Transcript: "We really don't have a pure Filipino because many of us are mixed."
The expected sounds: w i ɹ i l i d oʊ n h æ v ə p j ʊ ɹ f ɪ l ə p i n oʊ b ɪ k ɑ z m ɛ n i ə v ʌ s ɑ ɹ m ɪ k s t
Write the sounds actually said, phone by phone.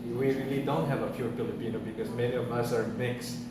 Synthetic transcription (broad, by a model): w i ɹ i l i d oʊ n h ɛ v ə f j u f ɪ l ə p i n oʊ b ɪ k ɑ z m ɛ n i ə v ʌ s ɑ ɹ m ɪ k s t